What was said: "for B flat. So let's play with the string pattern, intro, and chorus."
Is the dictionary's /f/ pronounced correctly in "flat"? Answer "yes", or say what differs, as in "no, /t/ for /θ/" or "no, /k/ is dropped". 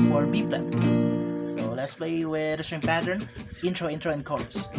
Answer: no, /p/ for /f/